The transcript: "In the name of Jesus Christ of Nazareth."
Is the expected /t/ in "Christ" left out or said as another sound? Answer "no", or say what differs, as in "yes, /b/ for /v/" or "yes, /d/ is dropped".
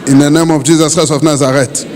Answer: yes, /t/ is dropped